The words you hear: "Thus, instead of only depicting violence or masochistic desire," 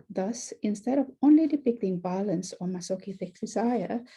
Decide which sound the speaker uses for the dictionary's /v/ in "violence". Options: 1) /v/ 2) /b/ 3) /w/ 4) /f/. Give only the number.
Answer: 2